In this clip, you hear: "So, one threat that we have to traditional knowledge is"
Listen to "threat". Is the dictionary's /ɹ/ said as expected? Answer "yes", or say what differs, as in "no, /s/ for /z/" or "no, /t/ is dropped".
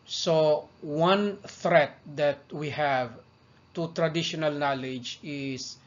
yes